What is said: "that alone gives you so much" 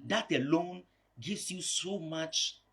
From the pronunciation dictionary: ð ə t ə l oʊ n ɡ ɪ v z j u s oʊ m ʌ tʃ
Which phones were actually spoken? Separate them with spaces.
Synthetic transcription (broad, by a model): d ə t ə l oʊ n ɡ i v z j u s oʊ m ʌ tʃ